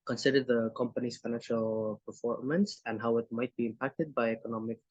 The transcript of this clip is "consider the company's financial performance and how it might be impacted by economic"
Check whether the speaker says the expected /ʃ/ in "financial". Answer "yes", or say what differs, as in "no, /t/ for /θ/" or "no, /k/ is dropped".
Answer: yes